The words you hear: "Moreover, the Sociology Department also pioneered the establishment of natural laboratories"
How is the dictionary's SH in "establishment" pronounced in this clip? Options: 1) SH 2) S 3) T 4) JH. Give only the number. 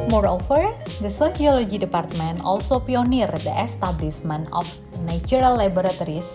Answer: 2